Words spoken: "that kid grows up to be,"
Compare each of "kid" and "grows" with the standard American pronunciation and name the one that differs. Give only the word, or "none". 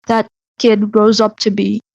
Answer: none